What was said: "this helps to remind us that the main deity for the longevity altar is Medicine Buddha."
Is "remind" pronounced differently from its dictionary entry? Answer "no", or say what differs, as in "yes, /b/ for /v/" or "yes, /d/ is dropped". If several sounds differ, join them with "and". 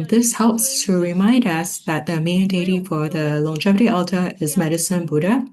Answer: no